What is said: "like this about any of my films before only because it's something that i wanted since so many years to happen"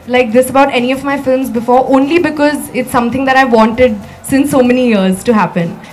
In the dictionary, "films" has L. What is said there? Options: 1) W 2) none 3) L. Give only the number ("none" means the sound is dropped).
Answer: 3